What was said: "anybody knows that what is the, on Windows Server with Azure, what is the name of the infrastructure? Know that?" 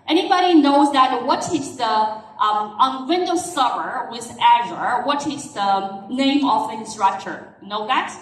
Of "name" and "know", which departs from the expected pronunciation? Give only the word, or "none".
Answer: name